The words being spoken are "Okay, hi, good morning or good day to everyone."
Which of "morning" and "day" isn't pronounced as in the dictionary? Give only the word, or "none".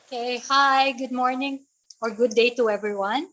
none